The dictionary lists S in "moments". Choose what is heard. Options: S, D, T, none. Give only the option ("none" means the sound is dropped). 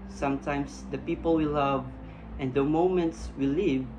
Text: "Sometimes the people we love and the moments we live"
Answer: S